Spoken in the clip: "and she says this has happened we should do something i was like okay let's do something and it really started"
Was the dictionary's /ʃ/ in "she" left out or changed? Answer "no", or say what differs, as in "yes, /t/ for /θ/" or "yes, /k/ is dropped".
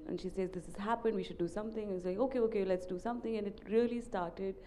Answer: no